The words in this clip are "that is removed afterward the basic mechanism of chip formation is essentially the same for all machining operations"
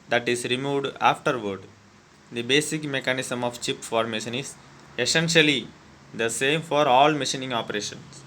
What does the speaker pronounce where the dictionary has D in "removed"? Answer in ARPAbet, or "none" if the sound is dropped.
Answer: D